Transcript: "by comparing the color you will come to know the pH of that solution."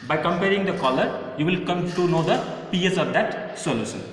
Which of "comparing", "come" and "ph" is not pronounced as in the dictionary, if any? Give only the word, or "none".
ph